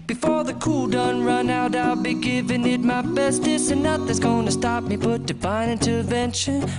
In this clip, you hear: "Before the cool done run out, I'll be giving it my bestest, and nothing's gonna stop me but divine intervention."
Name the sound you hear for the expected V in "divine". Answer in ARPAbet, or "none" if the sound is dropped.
B